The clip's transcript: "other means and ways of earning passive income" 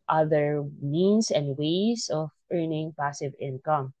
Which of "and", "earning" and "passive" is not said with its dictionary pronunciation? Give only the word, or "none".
none